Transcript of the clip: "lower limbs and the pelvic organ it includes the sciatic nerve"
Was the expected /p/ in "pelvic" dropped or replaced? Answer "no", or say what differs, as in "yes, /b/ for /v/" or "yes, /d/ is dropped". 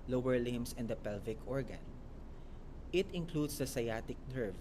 no